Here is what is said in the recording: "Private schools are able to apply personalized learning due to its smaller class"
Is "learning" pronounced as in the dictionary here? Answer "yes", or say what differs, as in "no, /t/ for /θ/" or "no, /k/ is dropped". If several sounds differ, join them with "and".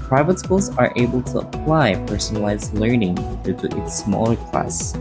yes